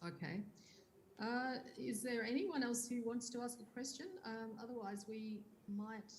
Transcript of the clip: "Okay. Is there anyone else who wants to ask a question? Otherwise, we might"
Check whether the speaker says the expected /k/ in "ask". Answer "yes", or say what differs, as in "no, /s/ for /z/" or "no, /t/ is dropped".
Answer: yes